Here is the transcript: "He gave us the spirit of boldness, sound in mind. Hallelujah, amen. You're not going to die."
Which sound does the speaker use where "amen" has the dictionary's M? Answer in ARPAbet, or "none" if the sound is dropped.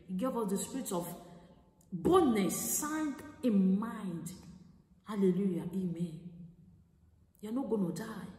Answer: M